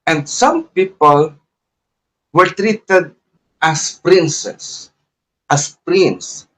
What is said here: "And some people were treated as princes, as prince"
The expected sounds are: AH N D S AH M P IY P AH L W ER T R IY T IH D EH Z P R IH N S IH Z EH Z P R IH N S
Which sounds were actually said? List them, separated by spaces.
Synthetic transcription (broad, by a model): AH N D S AH M P IY P AH L W ER T R IY T IH D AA S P R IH N S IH S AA S P R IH N S